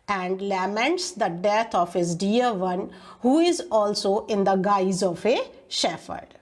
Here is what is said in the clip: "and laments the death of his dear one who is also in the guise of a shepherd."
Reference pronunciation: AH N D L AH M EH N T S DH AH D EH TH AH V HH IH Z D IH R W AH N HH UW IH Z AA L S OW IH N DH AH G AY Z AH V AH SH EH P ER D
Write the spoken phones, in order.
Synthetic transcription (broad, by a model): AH N D L AH M EH N T S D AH D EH T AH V HH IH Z D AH R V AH N HH UW IH Z AA L S OW IH N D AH G AY Z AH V AH SH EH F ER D